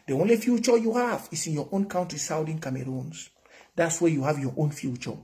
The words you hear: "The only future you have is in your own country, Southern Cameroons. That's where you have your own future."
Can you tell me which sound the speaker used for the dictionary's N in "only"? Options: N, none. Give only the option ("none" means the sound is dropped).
N